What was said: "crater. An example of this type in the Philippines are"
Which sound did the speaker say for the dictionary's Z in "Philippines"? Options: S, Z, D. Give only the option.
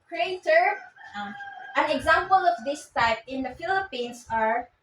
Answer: S